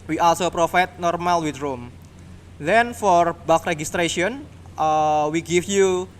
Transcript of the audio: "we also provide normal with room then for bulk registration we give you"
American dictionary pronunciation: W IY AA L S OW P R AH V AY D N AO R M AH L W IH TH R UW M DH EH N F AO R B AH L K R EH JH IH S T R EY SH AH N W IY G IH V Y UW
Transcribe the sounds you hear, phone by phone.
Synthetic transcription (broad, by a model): W IY AA L S OW P R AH F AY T N AO R M AH L W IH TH R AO M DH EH N F AO R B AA K R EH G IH S T R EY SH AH N W IY G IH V Y UW